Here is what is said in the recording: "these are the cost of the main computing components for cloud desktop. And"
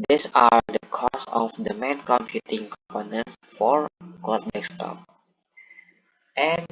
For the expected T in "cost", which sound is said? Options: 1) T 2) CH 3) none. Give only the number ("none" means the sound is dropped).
3